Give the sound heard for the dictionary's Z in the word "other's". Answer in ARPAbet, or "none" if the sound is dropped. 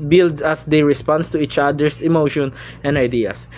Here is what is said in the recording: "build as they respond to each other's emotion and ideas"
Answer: S